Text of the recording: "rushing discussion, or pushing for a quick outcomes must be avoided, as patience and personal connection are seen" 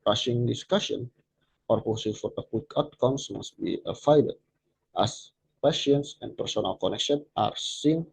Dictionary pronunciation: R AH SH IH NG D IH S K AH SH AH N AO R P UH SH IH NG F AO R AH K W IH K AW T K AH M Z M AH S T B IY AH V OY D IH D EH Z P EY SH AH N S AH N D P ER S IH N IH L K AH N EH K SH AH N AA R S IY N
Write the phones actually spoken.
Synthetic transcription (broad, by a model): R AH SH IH NG D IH S K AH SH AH N AO R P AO S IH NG F AO R AH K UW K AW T K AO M S M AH S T B IY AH F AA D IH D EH S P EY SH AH N S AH N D P ER S IH N IH L K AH N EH K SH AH N AA R S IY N